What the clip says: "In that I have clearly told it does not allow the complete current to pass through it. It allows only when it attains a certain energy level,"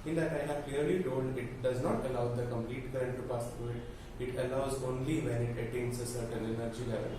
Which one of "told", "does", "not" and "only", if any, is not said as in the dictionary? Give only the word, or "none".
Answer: told